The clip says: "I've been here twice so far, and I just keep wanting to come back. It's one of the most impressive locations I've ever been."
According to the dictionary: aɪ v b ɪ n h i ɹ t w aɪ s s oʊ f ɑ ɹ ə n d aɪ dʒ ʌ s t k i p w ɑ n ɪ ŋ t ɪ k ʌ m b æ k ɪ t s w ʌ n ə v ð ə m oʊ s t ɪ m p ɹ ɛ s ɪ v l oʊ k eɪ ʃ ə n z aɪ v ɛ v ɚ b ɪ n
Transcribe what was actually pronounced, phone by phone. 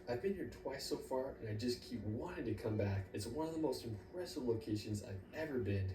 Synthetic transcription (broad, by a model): aɪ v b ɪ n h i ɹ t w aɪ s s oʊ f ɑ ɹ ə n aɪ dʒ ʌ s k i p w ɑ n ɪ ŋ t ɪ k ʌ m b æ k ɪ t s w ʌ n ə v ð ə m oʊ s t ɪ m p ɹ ɛ s ɪ v l oʊ k eɪ ʃ ə n z aɪ v ɛ v ɚ b ɪ n